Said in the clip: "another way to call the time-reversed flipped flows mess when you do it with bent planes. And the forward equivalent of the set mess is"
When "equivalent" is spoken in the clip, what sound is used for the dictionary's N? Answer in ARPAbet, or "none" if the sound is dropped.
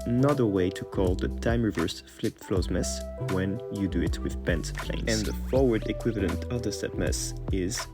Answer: N